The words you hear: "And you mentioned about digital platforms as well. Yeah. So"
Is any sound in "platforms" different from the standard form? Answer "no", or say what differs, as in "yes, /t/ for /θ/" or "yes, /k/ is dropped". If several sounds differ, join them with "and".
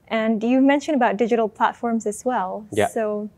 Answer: no